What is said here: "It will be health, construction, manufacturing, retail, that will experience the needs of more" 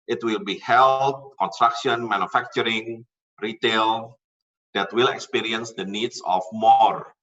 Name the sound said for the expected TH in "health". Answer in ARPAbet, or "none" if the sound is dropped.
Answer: T